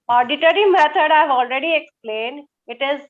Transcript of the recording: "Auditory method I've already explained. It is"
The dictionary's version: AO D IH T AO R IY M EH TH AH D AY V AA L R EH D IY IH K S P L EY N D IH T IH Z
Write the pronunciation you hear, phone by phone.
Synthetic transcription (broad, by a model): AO D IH T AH R IY M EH T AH D AY V AA L R EH D IY IH K S P L EY N D IH T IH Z